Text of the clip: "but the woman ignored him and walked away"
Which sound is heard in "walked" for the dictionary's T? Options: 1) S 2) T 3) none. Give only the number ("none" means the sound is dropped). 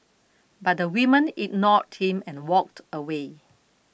2